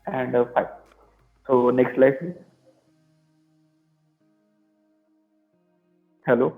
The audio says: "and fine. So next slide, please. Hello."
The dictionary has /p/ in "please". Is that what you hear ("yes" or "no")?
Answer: no